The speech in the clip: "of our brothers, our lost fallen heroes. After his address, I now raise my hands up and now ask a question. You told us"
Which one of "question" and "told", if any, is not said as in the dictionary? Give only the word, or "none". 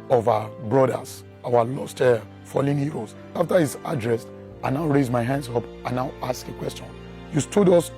told